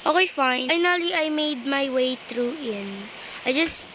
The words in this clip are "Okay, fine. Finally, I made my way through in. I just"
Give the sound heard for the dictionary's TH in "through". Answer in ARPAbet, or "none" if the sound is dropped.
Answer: T